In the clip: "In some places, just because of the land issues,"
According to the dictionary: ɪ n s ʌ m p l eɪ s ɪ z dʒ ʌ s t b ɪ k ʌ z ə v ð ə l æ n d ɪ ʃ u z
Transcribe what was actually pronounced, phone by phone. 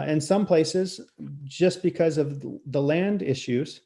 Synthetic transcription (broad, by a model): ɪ n s ʌ m p l eɪ s ɪ z dʒ ʌ s b ɪ k ʌ z ə v ð ə l æ n d ɪ ʃ u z